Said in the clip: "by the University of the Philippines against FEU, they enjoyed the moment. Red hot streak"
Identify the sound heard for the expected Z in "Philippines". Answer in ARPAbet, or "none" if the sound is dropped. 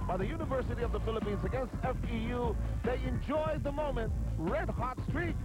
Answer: Z